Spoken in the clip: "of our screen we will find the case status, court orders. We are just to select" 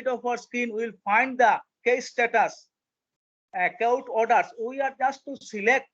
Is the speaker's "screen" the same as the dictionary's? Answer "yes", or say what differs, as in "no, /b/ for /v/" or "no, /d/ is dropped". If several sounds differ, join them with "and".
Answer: no, /ɹ/ is dropped